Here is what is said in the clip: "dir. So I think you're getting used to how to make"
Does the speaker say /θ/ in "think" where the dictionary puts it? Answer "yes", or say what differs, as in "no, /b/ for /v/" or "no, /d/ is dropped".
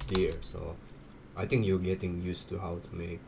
no, /t/ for /θ/